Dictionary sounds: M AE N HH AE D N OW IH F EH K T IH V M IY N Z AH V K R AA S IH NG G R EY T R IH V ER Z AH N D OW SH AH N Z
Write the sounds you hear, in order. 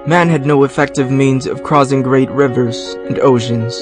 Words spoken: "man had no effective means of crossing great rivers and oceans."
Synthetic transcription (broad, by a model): M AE N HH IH D N OW IH F EH K T IH V M IY N Z AH V K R AA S IH NG G R EY T R IH V ER Z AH N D OW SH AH N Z